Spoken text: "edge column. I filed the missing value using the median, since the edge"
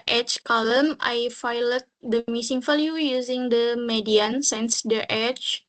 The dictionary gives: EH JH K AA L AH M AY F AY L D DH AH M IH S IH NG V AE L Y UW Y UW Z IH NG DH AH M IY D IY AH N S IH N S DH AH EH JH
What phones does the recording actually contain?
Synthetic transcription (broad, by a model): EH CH K AA L AH M AY F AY L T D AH M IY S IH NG F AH L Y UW Y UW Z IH NG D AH M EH D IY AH N S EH N S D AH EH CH